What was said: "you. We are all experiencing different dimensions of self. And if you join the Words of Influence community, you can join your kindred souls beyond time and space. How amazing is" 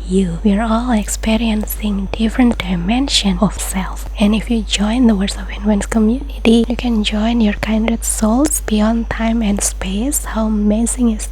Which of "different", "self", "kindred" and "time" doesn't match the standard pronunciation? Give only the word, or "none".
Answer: kindred